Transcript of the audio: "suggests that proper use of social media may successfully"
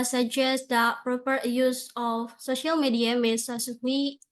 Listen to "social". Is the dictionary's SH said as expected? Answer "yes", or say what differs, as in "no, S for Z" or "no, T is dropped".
yes